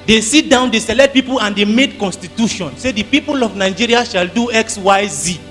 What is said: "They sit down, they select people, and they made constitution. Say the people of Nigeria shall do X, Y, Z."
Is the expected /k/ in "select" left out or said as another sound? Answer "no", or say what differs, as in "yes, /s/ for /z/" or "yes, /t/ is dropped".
yes, /k/ is dropped